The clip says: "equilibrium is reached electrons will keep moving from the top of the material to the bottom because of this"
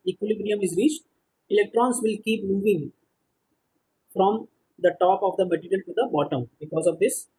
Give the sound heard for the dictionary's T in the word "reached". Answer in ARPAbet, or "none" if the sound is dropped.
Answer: T